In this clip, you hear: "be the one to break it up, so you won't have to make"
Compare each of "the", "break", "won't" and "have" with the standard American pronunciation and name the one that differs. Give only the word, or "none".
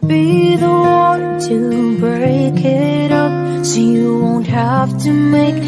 have